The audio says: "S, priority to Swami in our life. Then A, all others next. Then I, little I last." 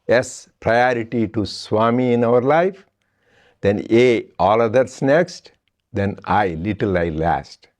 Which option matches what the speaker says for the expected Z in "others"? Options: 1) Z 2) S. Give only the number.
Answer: 2